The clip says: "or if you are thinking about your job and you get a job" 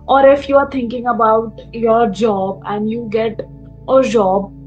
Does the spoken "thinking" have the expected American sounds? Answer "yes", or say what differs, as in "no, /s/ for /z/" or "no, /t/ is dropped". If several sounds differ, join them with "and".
no, /t/ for /θ/